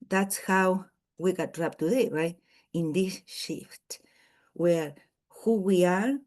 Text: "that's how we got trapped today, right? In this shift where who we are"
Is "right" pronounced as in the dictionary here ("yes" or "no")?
no